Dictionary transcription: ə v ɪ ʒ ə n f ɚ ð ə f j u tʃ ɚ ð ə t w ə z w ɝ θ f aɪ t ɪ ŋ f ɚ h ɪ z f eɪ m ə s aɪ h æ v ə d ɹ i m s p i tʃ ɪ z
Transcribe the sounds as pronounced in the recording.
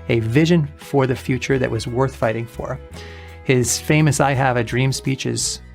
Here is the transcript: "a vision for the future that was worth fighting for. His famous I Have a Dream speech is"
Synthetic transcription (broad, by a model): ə v ɪ ʒ ə n f ɚ ð ə f j u tʃ ɚ ð ə t w ə z w ɝ θ f aɪ t ɪ ŋ f ɚ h ɪ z f eɪ m ə s aɪ h æ v ə d ɹ i m s p i tʃ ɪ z